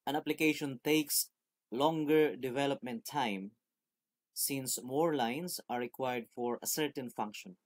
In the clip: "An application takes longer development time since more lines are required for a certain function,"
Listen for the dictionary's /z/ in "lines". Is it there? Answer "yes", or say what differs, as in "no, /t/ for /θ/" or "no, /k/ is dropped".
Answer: no, /s/ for /z/